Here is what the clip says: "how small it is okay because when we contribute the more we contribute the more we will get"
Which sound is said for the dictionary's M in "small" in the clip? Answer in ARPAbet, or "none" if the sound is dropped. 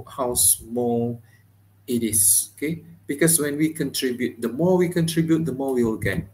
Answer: M